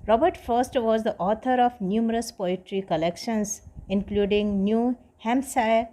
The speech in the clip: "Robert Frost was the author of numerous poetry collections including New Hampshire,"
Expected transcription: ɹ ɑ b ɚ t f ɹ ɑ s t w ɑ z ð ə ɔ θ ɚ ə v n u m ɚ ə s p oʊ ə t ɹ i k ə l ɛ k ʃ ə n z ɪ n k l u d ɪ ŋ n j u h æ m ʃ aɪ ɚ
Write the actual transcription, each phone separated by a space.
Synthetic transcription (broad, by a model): ɹ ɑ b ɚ t f ʌ s t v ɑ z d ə ɔ t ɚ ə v n u m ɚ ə s p oʊ ə t ɹ i k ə l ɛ k ʃ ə n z ɪ n k l u d ɪ ŋ n j u h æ m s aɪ